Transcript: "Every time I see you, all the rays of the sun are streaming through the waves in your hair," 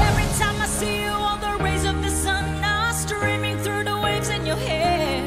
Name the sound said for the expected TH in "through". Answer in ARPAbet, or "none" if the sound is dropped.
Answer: TH